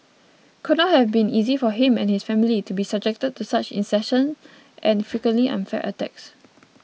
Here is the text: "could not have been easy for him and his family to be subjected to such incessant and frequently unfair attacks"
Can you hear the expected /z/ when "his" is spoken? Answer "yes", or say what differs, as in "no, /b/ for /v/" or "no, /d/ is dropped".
no, /s/ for /z/